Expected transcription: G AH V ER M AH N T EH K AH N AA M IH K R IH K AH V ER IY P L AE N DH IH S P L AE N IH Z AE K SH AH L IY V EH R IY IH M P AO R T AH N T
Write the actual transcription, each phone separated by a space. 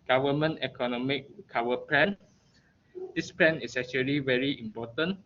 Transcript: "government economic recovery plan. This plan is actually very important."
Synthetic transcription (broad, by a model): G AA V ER M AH N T EH K AH N AA M IH K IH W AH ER P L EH N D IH S P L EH N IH S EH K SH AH L IY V EH R IY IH M P AO T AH N